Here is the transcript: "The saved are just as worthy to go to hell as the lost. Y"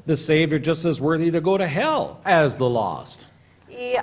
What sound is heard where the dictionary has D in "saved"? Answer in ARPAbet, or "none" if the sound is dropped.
none